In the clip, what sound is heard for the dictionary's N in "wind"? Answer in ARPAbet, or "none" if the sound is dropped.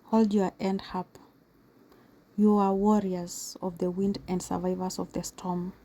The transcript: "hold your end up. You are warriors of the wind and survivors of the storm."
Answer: N